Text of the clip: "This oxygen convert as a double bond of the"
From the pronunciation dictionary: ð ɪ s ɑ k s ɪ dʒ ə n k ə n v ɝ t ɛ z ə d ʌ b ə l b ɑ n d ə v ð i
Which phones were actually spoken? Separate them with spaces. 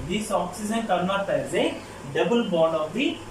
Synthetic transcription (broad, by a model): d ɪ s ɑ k s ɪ z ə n k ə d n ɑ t ɛ z ə d ʌ b ə l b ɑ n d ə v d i